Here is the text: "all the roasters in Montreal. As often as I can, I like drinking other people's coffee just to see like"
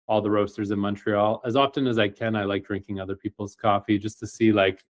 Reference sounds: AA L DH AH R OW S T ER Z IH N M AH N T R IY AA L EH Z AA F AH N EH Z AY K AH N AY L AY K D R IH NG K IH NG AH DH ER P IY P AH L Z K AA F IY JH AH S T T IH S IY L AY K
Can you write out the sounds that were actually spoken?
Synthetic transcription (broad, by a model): AA L DH AH R OW S T ER Z IH N M AH N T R IY AA L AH Z AA F AH N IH Z AY K AH N AY L AY K D R IH NG K IH NG AH DH ER P IY P L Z K AA F IY JH AH S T T IH S IY L AY K